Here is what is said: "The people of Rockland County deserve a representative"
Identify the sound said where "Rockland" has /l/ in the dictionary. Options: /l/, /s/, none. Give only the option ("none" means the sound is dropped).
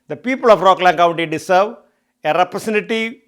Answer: /l/